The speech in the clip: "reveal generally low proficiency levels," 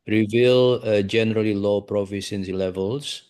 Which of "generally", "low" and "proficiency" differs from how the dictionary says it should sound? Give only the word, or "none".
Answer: proficiency